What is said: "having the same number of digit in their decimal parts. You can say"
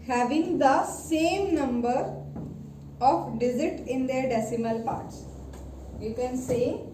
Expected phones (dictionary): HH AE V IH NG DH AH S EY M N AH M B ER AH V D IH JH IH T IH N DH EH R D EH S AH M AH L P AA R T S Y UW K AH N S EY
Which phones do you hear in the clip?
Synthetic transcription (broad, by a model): HH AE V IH NG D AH S EY M N AH M B ER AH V D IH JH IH T IH N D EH R D EH S AH M AH L P AA R T S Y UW K AH N S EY